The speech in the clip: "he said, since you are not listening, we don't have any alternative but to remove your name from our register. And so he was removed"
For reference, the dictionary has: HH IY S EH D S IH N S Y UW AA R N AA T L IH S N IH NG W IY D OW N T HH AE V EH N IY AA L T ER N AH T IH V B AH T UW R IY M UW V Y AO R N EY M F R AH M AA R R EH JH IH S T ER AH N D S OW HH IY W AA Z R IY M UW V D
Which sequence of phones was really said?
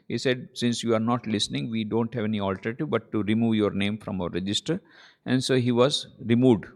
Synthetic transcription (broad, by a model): HH IY S EH D S IH N S Y UW AA R N AA T L IH S N IH NG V IY D OW N T HH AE V EH N IY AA L T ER AH T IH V B AH T UW R IY M UW V Y AO R N EY M F R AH M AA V R EH JH IH S T ER AH N D S OW HH IY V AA Z R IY M UW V D